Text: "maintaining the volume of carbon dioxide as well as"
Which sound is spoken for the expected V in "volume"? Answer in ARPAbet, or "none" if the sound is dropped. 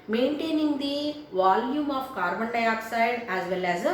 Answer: V